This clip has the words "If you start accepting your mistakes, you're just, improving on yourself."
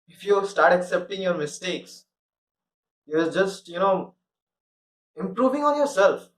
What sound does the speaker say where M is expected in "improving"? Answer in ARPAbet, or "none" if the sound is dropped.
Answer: M